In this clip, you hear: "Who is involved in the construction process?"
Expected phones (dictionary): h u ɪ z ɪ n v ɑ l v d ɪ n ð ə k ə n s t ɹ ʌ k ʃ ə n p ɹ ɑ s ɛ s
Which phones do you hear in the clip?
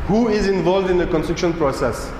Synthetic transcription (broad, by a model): h u ɪ z ɪ n v ɑ l v d ɪ n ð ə k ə n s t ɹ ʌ k ʃ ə n p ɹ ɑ s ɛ s